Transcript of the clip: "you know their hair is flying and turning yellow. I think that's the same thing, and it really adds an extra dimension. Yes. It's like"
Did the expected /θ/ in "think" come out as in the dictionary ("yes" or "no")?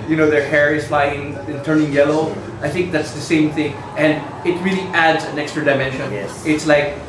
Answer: yes